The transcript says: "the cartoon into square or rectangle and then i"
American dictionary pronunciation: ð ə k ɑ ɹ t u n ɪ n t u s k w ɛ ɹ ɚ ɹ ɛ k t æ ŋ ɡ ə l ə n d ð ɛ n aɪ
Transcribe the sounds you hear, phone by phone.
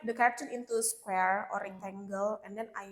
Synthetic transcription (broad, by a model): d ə k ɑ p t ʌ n ɪ n t u s k w ɛ ɹ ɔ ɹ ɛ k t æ ŋ ɡ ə l ə n d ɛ n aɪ